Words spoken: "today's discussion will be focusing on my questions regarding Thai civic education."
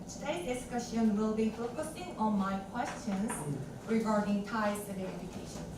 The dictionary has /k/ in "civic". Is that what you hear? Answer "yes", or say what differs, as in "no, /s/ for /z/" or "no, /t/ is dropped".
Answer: no, /k/ is dropped